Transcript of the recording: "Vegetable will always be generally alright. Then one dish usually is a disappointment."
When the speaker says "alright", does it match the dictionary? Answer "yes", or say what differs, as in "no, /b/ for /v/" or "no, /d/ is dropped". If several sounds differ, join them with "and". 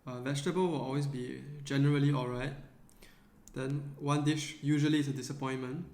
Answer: yes